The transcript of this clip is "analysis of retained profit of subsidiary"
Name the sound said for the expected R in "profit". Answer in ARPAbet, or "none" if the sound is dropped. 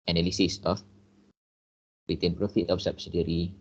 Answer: R